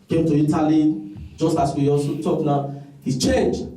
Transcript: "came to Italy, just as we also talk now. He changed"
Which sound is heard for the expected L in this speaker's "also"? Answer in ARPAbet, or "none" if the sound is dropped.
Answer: N